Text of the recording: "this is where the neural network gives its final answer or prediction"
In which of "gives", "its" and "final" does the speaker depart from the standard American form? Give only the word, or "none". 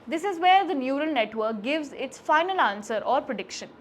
none